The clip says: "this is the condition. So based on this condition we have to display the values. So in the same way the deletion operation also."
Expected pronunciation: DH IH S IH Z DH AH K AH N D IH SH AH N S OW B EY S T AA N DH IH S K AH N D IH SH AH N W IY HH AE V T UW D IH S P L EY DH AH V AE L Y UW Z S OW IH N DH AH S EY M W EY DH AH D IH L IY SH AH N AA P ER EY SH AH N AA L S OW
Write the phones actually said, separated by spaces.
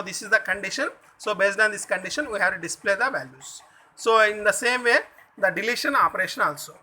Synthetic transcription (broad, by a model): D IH S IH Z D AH K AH N D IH SH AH N S OW B EY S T AA N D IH S K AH N D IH SH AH N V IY HH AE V T UW D IH S P L EY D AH V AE L Y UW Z S OW IH N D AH S EY M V EY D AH D IH L IY SH AH N AA P ER EY SH AH N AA L S OW